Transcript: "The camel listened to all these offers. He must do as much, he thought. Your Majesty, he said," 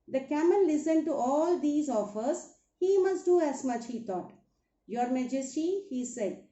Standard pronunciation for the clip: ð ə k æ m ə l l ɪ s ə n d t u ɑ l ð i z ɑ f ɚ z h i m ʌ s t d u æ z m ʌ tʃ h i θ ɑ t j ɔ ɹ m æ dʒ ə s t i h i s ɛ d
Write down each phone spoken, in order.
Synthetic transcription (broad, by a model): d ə k æ m ə l l ɪ s ə n d t u ɑ l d i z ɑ f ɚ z h i m ʌ s t d u æ z m ʌ tʃ h i t ɑ t j ɔ ɹ m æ dʒ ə s t i h i s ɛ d